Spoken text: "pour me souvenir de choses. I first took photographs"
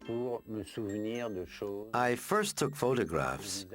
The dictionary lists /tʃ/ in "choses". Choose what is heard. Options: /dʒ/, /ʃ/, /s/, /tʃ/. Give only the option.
/ʃ/